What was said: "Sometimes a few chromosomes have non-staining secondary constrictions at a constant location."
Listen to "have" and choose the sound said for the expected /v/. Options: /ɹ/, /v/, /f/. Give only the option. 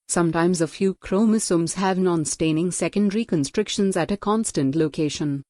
/v/